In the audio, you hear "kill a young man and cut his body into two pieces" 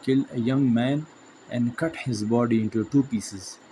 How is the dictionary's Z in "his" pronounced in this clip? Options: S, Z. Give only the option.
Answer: Z